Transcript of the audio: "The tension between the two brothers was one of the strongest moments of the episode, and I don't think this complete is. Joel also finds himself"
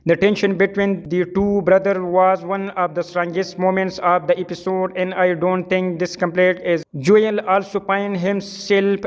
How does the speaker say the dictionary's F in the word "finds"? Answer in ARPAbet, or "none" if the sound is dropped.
P